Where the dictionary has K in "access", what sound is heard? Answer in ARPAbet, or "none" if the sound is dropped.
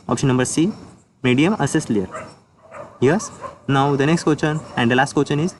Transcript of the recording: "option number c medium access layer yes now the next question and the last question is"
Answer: none